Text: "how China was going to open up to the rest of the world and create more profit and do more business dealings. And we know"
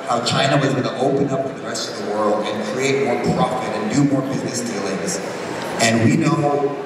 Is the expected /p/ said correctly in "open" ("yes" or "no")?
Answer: yes